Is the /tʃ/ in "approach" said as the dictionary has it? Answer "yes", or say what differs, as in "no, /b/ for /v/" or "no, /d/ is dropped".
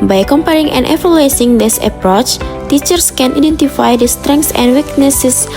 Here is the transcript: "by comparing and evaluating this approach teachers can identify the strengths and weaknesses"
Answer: yes